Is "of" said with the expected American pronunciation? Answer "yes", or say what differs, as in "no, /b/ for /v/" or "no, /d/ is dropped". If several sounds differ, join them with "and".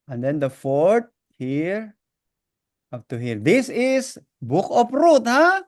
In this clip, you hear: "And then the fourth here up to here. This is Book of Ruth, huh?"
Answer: no, /p/ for /v/